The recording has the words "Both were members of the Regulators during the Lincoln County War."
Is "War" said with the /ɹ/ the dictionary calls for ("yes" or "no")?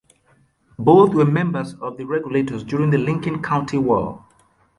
no